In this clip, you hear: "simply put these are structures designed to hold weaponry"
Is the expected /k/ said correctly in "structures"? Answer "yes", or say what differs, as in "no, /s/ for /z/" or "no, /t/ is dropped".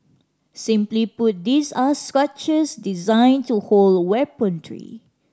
no, /k/ is dropped